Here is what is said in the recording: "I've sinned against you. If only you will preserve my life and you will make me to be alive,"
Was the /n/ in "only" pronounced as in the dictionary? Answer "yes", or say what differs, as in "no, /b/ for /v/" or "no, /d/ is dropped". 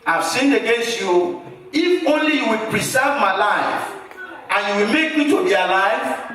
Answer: yes